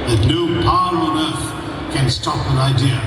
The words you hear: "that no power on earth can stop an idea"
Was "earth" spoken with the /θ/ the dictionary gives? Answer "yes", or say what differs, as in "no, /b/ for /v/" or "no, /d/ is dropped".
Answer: no, /f/ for /θ/